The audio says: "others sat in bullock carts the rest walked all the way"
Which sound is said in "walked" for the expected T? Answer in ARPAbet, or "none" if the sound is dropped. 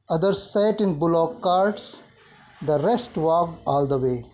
none